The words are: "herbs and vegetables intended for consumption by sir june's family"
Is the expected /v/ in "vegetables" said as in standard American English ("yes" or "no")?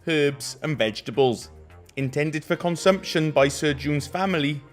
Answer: yes